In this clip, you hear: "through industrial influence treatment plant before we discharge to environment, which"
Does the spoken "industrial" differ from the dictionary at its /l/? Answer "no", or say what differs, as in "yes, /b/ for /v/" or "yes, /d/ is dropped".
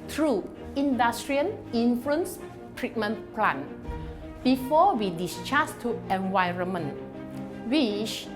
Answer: yes, /n/ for /l/